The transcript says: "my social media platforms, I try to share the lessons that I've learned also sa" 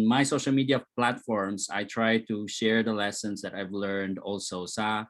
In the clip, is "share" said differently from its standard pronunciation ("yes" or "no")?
no